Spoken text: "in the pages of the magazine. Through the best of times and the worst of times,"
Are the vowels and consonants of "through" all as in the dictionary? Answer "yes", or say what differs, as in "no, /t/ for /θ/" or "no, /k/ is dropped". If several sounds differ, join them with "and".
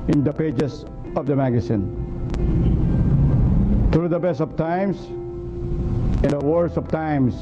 no, /t/ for /θ/